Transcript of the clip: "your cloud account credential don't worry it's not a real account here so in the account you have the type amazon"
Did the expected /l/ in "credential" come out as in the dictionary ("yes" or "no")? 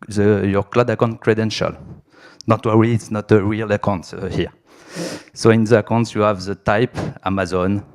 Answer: yes